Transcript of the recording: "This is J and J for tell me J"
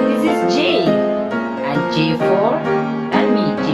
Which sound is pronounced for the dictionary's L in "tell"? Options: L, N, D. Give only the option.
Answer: N